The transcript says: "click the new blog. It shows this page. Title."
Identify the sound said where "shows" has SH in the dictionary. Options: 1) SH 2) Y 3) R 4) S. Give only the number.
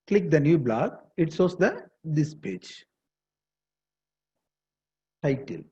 4